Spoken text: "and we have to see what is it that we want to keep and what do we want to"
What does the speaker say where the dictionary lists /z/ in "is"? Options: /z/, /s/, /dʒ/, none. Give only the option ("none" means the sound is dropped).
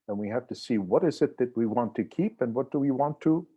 /z/